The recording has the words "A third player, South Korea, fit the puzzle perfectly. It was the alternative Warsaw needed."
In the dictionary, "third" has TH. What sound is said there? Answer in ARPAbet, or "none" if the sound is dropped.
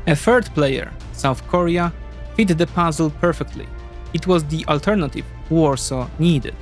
F